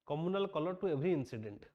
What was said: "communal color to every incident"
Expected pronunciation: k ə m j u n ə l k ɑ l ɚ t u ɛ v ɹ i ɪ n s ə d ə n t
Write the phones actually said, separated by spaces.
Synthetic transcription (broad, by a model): k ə m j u n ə l k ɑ l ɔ t u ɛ b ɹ i n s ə d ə n t